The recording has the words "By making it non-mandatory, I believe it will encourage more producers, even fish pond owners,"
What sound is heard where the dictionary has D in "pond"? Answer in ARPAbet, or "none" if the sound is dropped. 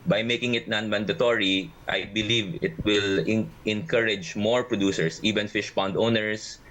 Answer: D